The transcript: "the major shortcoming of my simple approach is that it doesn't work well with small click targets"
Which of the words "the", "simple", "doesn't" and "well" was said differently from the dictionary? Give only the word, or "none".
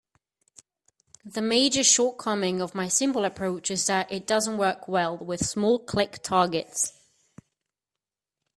simple